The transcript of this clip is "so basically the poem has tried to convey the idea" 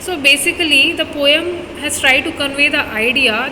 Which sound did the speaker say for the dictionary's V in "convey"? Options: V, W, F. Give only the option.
V